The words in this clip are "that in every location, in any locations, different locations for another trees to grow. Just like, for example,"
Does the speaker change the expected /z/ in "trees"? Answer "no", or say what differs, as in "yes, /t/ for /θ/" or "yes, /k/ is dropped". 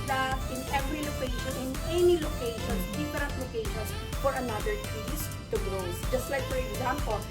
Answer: yes, /s/ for /z/